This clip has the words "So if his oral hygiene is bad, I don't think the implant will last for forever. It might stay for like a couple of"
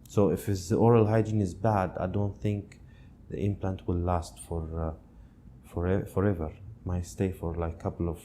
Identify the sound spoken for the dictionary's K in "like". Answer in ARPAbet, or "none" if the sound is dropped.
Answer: none